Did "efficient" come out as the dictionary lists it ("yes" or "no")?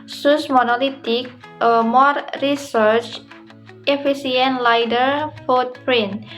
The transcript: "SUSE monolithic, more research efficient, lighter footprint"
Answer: no